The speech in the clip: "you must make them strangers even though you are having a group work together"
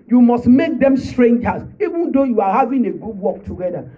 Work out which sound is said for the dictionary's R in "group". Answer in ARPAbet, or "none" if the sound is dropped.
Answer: none